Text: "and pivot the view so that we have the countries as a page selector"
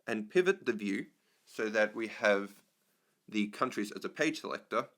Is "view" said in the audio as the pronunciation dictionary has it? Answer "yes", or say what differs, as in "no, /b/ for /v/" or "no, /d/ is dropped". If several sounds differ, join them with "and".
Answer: yes